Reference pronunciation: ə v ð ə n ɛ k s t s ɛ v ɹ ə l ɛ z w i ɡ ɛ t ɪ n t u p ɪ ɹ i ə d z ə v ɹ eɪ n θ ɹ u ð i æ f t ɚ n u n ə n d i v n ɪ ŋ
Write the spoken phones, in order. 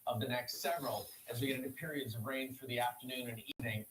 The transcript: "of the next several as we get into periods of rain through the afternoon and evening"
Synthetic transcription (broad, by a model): ə v ð ə n ɛ k s t s ɛ v ɹ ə l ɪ z w i ɡ ɛ t ɪ n t u p ɪ ɹ i ə d z ə v ɹ eɪ n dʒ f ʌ ð i æ f t ɚ n u n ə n i v n ɪ ŋ